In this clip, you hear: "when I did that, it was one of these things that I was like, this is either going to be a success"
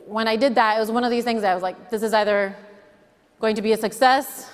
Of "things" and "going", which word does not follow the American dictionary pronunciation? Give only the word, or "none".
none